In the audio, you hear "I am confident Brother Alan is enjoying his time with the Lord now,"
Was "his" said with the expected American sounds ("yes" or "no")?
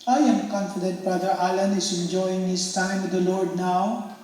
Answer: no